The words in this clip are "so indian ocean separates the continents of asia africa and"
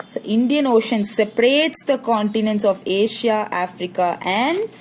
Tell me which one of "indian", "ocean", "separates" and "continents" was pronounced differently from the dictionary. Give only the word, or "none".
none